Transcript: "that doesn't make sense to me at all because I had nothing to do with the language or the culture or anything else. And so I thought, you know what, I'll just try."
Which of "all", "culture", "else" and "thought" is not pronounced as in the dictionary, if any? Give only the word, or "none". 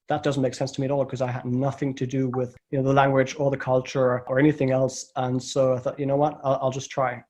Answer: none